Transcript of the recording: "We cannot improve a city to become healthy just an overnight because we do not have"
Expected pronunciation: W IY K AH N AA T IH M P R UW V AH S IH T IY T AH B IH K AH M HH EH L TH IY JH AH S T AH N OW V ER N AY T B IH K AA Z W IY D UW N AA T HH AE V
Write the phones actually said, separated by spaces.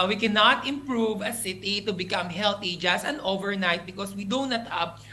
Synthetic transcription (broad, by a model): W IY K AH N AA T IH M P R UW V AH S IH T IY T AH B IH K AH M HH EH L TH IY JH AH S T AH N OW V ER N AY T B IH K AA S W IY D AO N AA T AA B